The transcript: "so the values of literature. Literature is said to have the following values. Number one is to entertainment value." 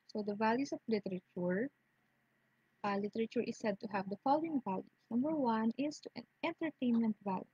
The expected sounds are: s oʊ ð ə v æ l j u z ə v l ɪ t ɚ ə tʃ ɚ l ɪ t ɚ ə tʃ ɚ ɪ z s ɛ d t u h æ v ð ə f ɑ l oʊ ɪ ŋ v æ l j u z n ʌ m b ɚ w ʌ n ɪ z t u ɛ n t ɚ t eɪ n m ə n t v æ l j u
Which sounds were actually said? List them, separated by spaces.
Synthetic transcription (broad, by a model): s oʊ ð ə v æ l j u s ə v l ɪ t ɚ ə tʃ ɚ l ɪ t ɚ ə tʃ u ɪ s ɛ d t u h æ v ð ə f ɑ l oʊ ɪ ŋ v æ l j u s n ʌ m b ɚ w ʌ n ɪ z t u ɛ n t ɚ t eɪ n m ə n t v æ l j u